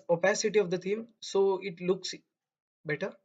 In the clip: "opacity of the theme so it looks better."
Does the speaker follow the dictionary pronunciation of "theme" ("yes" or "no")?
no